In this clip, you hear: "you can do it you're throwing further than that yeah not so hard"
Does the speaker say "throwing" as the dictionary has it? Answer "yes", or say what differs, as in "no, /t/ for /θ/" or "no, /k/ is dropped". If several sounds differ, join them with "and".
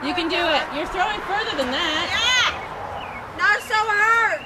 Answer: yes